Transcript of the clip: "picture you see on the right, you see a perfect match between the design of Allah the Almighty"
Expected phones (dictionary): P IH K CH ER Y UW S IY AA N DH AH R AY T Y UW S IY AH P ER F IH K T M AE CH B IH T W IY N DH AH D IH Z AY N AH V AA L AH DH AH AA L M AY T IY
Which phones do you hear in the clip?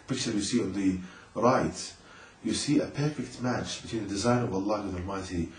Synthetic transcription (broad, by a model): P IH K CH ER Y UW S IY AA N DH AH R AY T Y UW S IY AH P ER F IH K T M AE CH B IH T W IY N DH AH D IH Z AY N AH V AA L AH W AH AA L M AY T IY